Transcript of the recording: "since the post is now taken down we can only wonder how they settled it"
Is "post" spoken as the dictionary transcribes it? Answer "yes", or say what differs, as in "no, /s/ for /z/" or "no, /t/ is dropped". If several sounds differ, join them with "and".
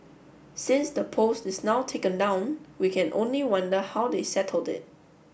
yes